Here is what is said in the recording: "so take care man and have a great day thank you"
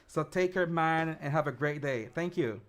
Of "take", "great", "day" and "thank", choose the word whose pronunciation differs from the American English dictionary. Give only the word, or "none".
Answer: none